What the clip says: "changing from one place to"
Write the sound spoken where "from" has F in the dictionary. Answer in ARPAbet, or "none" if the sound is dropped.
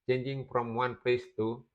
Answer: P